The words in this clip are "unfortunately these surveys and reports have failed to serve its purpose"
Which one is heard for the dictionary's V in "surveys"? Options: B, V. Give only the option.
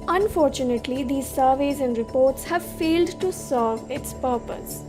V